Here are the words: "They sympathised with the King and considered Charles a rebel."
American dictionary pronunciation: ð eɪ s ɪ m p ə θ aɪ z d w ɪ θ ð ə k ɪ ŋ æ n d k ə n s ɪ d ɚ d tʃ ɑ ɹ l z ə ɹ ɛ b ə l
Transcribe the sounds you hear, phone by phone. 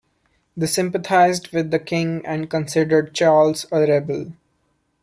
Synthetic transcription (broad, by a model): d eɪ s ɪ m p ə t aɪ z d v ɪ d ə k ɪ ŋ æ n d k ə n s ɪ d ɚ d tʃ ɑ ɹ l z ə ɹ ɛ b ə l